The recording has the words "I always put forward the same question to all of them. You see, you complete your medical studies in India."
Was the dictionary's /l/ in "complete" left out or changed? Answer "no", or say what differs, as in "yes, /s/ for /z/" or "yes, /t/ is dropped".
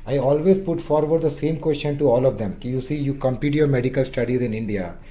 yes, /l/ is dropped